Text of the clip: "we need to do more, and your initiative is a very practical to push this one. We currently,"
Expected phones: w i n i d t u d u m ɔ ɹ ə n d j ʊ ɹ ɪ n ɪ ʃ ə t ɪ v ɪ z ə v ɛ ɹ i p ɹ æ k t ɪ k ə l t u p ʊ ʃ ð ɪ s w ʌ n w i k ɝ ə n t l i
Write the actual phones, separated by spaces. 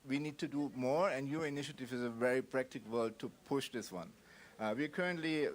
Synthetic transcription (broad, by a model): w i n i d t u d u m ɔ ɹ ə n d j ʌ ɹ ɪ n ɪ ʃ ə t ɪ v ɪ z ə v ɛ ɹ i p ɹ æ k t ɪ k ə l t u p ʊ ʃ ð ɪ s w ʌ n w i k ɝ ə n t l i